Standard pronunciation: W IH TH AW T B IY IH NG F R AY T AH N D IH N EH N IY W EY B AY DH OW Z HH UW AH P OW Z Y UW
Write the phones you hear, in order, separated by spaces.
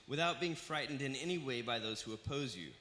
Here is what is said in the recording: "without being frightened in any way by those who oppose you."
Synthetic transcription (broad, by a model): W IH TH AW T B IY IH NG F R AY T N D IH N EH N IY W EY B AY DH OW Z HH UW AH P OW Z Y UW